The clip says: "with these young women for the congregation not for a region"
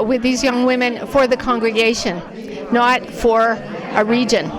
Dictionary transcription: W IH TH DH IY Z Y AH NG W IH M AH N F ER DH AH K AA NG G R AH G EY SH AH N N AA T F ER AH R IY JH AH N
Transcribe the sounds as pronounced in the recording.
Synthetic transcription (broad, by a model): W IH DH IY Z Y AH NG W IH M AH N F ER DH AH K AA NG G R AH G EY SH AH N N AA T F ER AH R IY JH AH N